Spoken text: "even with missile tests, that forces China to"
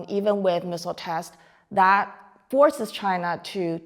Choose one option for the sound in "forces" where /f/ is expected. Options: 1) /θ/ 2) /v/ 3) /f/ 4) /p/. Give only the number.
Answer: 3